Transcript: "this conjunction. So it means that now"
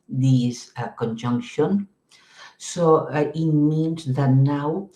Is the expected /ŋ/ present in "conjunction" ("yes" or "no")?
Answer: yes